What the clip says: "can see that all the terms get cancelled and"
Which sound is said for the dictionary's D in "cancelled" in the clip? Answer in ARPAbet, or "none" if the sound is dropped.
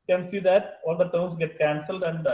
D